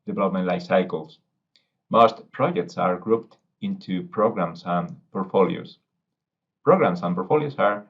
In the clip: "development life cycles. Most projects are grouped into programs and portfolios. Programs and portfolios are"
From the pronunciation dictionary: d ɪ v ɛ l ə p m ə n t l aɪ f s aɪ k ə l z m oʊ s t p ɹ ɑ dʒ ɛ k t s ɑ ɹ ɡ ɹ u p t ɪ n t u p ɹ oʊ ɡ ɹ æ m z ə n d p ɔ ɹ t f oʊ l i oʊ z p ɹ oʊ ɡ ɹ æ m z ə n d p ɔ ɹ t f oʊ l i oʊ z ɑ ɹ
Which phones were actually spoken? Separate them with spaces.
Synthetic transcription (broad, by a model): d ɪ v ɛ l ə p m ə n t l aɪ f s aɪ k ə l s m oʊ s t p ɹ ɑ dʒ ɛ k t s ɑ ɹ ɡ ɹ u p t ɪ n t u p ɹ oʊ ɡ ɹ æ m s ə n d p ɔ ɹ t f oʊ l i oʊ s p ɹ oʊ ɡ ɹ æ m s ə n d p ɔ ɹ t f oʊ l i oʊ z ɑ ɹ